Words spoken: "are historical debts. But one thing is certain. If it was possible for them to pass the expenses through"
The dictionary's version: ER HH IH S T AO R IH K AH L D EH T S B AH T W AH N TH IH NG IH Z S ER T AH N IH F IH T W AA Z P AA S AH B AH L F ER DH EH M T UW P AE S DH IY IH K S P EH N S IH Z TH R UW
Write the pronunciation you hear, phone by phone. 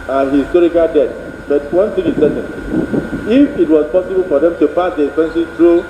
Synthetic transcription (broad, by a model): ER HH IH S T AO R IH K AH L D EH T B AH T W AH N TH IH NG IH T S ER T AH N IH F IH T W AA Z P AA S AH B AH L F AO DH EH M T UW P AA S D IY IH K S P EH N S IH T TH R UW